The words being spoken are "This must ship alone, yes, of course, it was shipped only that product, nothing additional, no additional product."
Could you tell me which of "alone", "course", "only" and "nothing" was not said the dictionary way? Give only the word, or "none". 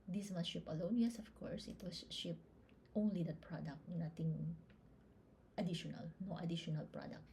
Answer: nothing